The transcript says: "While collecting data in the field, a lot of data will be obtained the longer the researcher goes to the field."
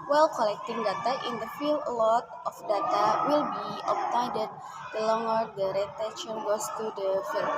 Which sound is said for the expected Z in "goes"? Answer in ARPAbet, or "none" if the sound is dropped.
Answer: S